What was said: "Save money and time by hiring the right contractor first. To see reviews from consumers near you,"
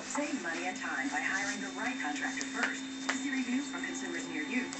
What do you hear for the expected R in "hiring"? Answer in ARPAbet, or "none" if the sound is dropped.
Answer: L